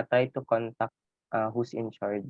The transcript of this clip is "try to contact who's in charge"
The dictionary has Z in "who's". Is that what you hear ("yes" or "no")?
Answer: no